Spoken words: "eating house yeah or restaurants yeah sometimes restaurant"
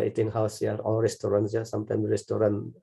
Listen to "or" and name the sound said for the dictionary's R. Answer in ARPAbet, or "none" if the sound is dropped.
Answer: L